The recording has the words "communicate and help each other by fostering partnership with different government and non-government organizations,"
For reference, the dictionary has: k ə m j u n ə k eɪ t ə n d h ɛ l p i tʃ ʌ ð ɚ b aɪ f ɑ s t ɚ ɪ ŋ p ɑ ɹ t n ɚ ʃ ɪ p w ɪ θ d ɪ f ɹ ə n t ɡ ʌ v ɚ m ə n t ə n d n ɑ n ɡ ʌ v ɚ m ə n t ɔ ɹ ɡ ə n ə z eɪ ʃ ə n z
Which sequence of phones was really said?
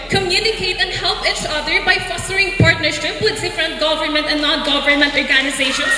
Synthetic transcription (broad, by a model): k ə m j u n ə k eɪ t ə n d h ɛ l p i tʃ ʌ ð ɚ b aɪ f ɑ s t ɚ ɪ ŋ p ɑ ɹ t n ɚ s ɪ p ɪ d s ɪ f ɹ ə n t ɡ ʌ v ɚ m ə n t ə n d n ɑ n ɡ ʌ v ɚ m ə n t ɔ ɹ ɡ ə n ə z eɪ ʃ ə n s